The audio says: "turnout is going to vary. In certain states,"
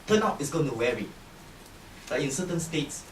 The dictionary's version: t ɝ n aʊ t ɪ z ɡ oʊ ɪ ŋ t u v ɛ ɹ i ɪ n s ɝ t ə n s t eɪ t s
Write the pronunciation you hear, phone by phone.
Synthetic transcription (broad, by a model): t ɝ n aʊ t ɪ s ɡ oʊ ɪ ŋ t u w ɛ ɹ i ɪ n s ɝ t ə n s t eɪ t s